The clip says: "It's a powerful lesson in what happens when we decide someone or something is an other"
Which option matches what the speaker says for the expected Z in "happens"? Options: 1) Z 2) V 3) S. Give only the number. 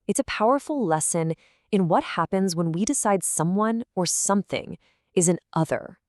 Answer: 1